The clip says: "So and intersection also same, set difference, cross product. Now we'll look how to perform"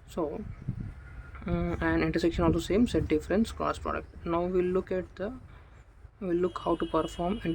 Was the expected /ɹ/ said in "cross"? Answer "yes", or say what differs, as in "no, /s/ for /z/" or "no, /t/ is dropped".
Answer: no, /ɹ/ is dropped